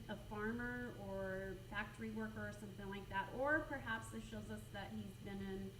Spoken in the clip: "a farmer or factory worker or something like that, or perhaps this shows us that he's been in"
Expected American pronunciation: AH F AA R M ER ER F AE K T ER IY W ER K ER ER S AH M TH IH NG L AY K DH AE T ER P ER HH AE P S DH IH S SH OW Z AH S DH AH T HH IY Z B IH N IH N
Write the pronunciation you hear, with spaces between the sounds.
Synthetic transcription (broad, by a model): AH F AA R M ER ER F AE K T ER IY W ER K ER ER S AH M TH IH NG L AY K DH AE T ER P ER HH AE P S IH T SH OW Z AH S DH AH T HH IY Z B IH N IH N